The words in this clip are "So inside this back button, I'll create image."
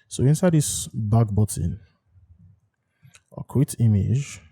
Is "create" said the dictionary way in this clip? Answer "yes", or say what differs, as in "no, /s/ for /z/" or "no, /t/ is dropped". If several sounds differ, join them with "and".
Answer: no, /w/ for /ɹ/